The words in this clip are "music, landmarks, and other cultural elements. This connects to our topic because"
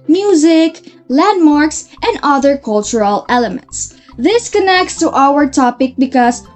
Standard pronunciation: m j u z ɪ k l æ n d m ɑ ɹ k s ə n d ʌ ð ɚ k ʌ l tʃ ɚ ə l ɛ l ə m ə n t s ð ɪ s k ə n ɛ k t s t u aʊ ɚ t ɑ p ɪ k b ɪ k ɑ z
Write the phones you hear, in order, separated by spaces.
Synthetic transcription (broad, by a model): m j u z ɪ k l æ n d m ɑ ɹ k s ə n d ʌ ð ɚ k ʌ l tʃ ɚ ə l ɛ l ə m ə n t s ð ɪ s k ə n ɛ k t s t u aʊ ɚ t ɑ p ɪ k b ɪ k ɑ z